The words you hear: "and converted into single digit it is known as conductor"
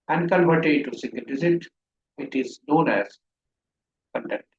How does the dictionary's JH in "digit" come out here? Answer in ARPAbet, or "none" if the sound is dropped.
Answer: Z